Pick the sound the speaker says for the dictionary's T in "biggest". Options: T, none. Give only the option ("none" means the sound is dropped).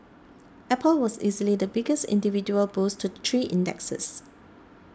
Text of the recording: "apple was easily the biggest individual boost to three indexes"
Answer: T